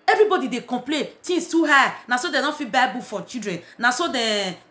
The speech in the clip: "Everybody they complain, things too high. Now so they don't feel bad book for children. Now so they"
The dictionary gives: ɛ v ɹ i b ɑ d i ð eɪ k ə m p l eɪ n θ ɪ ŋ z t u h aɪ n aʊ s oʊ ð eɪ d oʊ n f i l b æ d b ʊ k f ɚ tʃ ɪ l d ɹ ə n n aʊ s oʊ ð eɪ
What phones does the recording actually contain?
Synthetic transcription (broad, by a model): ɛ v ɹ i b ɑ d i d eɪ k ə m p l eɪ n t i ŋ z t u h aɪ n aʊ s oʊ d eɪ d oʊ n f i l b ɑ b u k f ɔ tʃ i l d ɹ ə n n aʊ s oʊ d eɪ